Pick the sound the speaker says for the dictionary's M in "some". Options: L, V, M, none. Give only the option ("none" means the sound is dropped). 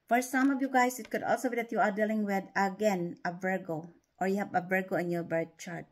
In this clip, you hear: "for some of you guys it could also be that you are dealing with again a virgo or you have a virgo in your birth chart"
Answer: M